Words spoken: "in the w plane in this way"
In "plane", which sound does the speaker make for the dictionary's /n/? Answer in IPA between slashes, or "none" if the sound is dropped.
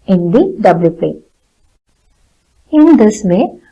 none